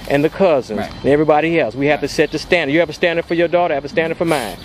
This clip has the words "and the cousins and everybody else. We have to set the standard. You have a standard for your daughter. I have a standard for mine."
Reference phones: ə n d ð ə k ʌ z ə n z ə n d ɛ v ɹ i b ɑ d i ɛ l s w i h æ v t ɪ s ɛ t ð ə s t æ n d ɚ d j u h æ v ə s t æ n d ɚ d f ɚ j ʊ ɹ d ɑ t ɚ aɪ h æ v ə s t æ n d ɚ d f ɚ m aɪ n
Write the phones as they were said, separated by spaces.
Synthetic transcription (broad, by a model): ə n ð ə k ʌ z ə n z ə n ɛ v ɹ i b ɑ d i ɛ l s w i h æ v t ɪ s ɛ t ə s t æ n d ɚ j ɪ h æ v ə s t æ n d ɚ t f ɚ j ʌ ɹ d ɑ t ɚ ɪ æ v ə s t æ n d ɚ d f ɚ m aɪ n